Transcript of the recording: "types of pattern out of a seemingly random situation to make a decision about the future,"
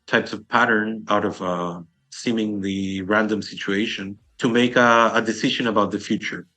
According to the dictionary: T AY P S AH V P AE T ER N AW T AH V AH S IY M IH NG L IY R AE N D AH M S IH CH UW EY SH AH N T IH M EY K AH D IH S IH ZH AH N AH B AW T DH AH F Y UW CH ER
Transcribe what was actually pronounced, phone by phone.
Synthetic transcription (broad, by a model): T AY P S AH V P AE T ER N AW T AH V AH S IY M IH NG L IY R AE N D AH M S IH CH UW EY SH AH N T IH M EY K AH D IH S IH ZH AH N AH B AW T DH AH F Y UW CH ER